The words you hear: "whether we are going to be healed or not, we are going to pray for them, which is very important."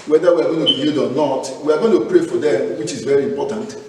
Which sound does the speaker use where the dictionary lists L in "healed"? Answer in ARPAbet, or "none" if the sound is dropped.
none